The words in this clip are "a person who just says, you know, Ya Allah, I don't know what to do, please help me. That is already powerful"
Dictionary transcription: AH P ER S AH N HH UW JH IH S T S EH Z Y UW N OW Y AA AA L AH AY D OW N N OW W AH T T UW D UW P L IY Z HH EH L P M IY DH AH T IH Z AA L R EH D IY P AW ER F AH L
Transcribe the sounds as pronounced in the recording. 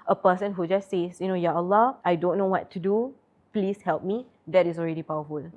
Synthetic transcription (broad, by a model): AH P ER S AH N HH UW JH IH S S EH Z Y UW N OW Y AA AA L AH AY D OW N N OW W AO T T UW D UW P L IY S HH EH L P M IY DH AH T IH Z AA L R EH D IY P AW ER F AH L